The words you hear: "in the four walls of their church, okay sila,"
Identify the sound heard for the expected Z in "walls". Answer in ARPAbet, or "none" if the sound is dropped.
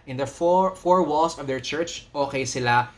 S